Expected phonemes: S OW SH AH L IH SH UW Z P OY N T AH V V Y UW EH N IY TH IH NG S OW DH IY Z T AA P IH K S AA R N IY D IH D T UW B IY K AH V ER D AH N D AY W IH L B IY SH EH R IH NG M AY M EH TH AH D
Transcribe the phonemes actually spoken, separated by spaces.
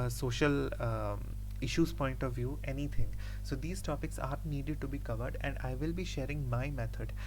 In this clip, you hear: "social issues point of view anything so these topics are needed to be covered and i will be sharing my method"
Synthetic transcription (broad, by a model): S OW SH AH L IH SH UW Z P OY N T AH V V Y UW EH N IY T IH NG S OW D IY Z T AA P IH K S AA R N IY D IH D T UW B IY K AH V ER D AH N D AY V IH L B IY SH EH R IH NG M AY M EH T AH D